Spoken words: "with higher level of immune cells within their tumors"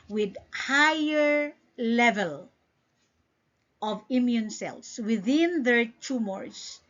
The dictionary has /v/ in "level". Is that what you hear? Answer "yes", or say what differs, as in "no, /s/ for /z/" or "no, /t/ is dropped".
yes